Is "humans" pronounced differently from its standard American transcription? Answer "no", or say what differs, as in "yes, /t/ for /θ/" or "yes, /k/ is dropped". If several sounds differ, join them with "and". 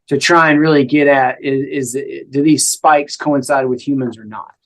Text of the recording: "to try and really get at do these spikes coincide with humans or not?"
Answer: no